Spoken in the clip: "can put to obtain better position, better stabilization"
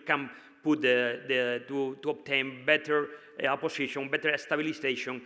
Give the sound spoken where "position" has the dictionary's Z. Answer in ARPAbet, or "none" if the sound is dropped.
S